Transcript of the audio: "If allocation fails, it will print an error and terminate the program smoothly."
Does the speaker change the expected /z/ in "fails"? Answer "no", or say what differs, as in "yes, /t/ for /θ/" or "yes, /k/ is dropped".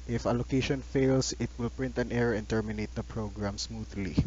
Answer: yes, /s/ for /z/